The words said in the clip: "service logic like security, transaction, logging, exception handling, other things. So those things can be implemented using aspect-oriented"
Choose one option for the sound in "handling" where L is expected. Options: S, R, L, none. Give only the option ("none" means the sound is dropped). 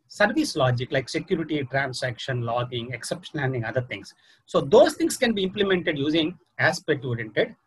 none